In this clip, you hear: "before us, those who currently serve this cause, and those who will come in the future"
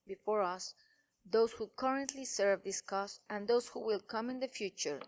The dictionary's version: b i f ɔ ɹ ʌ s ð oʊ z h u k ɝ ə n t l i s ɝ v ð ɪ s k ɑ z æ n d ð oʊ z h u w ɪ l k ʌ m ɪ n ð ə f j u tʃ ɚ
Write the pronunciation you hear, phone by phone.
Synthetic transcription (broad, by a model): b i f ɔ ɹ ʌ s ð oʊ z h u k ɝ ə n t l i s ɝ v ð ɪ s k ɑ s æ n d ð oʊ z h u w ɪ l k ʌ m ɪ n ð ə f j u tʃ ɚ